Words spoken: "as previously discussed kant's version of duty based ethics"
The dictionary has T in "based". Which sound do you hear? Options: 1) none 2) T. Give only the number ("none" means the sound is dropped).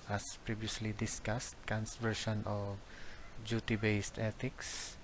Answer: 2